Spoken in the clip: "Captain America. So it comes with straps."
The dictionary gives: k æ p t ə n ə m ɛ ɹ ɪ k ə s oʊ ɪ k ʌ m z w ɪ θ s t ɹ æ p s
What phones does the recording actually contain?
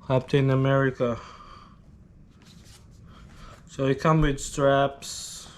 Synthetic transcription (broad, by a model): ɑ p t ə n ə m ɛ ɹ ɪ k ə s oʊ ɪ k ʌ m w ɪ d s t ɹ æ p s